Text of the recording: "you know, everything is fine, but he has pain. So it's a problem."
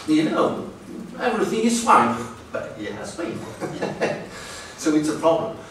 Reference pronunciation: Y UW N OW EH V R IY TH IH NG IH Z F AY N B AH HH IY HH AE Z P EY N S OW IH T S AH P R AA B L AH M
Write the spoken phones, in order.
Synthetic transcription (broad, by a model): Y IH N OW EH V R IY TH IH NG IH Z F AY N B AH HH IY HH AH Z B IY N S OW IH T S AH P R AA B L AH M